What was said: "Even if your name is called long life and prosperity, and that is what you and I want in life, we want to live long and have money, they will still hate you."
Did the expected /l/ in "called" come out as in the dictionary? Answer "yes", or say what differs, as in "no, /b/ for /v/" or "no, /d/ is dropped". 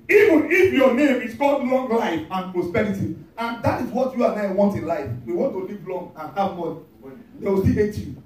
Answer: no, /l/ is dropped